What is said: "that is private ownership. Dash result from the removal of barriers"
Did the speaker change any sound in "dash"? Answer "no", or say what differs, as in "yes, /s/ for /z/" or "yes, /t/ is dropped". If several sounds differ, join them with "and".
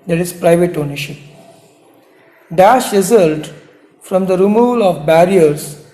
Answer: no